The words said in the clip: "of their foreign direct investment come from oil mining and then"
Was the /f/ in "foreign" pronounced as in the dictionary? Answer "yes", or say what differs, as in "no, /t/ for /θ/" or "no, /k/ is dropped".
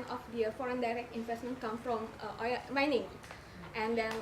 yes